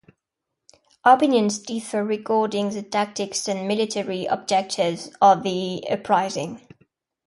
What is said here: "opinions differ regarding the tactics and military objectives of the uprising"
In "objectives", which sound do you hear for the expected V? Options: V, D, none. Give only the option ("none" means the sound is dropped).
none